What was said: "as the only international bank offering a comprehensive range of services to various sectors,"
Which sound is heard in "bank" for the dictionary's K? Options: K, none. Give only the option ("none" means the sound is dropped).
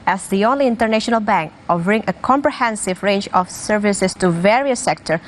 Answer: K